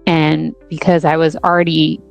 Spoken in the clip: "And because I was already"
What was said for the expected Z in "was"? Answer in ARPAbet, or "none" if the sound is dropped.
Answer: Z